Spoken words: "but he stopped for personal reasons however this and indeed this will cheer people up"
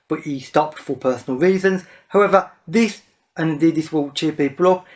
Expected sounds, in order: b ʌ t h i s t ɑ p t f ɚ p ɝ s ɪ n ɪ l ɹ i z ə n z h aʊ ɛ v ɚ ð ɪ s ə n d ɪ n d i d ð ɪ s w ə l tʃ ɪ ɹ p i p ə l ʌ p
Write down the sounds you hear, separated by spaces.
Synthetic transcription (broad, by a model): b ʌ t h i s t ɑ p t f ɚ p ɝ s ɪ n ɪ l ɹ i z ə n z h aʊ ɛ v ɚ ð ɪ s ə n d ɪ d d ð ɪ s w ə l tʃ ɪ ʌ p i p ə l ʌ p